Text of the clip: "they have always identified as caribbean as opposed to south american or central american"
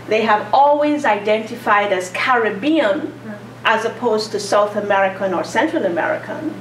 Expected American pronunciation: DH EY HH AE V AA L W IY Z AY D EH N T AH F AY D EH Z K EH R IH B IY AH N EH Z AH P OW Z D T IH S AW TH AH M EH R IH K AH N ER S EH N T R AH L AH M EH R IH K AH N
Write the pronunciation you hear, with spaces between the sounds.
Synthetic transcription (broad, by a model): DH EY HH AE V AA L W IY Z AY D EH N T AH F AY D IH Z K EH R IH B IY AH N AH Z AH P OW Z T IH S AW TH AH M EH R IH K AH N ER S EH N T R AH L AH M EH R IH K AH N